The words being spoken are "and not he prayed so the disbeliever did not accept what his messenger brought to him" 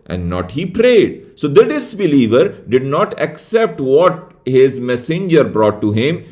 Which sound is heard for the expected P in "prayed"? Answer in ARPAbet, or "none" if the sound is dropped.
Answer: P